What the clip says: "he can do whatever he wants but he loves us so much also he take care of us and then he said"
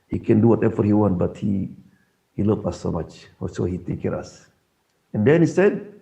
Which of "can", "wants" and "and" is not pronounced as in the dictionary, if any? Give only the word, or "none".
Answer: wants